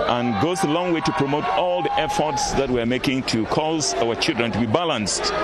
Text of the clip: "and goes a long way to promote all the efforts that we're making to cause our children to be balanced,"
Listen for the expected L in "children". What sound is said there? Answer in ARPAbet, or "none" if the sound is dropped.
L